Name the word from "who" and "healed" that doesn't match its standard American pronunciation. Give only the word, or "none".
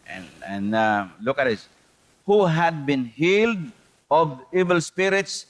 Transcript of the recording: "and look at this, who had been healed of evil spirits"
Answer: none